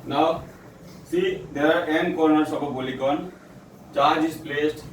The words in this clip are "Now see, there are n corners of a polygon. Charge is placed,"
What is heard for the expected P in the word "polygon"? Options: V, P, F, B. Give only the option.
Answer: B